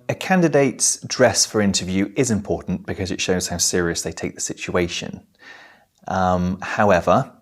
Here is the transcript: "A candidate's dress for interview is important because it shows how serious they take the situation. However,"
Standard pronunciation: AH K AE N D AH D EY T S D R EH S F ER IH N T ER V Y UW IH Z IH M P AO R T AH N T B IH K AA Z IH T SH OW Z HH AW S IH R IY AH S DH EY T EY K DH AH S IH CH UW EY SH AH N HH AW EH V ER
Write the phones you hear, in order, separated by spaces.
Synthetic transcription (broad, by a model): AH K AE N D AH D EY T S D R EH S F ER IH N T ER V Y UW IH Z IH M P AO T N B IH K AA Z IH T SH OW Z HH AW S IH R IY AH S DH EY T EY K DH AH S IH CH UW EY SH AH N HH AW EH V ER